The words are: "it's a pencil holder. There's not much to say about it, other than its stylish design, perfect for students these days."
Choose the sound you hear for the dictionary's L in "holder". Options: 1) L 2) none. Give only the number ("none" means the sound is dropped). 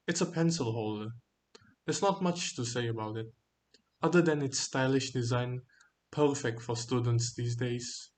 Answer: 1